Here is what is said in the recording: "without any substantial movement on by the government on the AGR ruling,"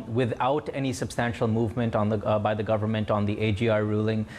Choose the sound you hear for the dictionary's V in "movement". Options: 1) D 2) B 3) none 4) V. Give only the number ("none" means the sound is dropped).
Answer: 4